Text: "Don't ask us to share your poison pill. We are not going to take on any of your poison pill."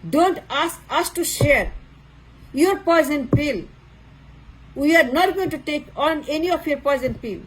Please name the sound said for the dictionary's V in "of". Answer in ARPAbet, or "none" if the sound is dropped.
P